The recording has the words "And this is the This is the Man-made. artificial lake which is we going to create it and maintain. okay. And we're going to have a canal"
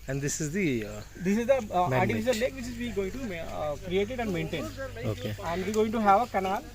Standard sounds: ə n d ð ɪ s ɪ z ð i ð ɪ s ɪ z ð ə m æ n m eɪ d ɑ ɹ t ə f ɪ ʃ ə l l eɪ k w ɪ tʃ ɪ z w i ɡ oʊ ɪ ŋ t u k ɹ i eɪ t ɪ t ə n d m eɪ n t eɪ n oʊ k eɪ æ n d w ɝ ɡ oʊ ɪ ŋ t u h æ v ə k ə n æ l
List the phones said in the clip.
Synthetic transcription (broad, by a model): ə n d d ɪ s ɪ z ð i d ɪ s ɪ z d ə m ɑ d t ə ɪ s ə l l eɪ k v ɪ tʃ ɪ z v i ɡ oʊ ɪ ŋ t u k ɹ i eɪ t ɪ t ə n d m eɪ n t eɪ n oʊ k eɪ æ n d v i ɡ oʊ ɪ ŋ t u h æ v ə k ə n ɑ l